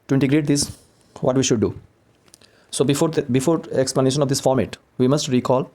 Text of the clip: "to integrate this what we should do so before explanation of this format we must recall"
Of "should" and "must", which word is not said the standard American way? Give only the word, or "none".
none